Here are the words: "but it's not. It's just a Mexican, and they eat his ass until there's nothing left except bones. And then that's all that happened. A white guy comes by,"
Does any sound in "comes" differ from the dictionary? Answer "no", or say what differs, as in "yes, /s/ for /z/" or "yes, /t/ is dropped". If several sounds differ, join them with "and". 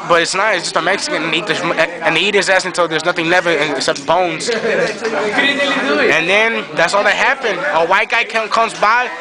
no